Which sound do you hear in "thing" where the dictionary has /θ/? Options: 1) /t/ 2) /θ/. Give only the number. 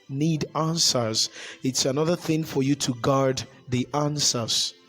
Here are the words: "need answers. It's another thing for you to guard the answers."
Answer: 2